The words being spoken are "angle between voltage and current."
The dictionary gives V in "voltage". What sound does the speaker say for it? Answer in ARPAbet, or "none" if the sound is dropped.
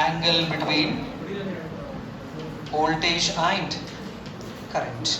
B